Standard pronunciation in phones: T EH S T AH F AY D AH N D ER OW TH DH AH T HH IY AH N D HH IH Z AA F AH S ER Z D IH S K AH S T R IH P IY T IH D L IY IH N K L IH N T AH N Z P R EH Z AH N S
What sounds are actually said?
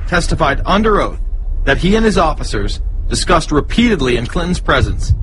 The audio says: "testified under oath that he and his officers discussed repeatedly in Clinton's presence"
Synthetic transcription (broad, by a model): T EH S T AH F AY D AH N D ER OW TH DH AH T HH IY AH N IH Z AA F AH S ER Z D IH S K AH S T R IH P IY T IH D L IY IH N K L IH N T N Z P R EH Z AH N S